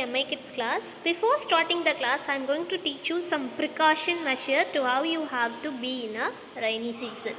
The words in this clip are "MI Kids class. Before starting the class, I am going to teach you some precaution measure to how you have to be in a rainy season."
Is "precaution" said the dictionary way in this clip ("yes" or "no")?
yes